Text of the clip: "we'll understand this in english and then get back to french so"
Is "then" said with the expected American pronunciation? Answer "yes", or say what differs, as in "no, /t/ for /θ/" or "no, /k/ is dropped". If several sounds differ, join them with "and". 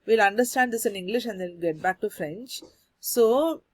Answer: no, /l/ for /n/